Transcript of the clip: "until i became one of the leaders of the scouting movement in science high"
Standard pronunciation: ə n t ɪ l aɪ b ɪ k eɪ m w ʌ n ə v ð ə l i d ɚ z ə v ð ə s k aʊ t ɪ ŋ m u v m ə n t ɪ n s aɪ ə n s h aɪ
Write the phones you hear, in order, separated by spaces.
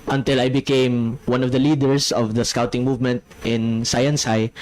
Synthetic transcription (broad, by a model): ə n t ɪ l aɪ b ɪ k eɪ m w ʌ n ə v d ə l i d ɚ s ə v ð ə s k aʊ t ɪ ŋ m u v m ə n t ɪ n s aɪ ə n s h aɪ